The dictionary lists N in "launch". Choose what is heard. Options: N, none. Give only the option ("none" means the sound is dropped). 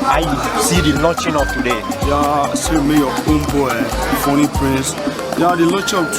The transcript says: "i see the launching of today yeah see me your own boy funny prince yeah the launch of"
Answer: none